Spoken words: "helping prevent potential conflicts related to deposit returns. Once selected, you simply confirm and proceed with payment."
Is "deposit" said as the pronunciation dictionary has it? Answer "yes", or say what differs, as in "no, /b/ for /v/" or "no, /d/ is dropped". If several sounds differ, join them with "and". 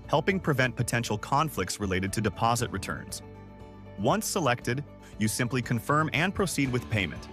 yes